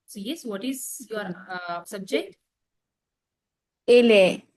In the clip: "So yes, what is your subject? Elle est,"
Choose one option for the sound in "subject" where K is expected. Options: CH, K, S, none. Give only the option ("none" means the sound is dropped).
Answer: K